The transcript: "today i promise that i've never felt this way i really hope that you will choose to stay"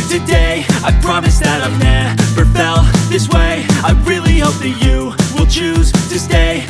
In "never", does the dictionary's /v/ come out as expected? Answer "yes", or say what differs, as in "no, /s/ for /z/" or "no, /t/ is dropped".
no, /p/ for /v/